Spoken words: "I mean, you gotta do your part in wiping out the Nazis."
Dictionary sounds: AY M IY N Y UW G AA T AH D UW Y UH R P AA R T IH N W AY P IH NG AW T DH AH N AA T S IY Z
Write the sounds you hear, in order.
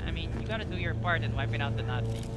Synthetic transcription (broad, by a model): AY M IY N Y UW G AA T AH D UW Y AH R P AA R T IH N W AY P IH NG AW T DH AH N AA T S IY